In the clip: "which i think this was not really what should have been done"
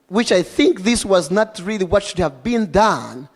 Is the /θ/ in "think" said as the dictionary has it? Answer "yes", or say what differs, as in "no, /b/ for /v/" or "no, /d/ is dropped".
yes